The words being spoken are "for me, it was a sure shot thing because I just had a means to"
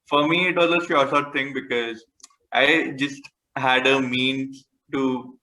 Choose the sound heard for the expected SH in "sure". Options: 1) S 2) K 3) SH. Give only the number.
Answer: 1